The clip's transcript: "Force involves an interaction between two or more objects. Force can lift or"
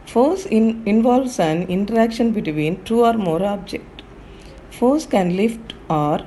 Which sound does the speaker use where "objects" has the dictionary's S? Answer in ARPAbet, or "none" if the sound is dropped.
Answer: none